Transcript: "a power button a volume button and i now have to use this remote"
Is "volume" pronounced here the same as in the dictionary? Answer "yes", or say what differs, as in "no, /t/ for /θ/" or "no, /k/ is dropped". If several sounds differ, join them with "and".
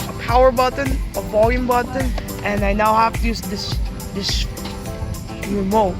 yes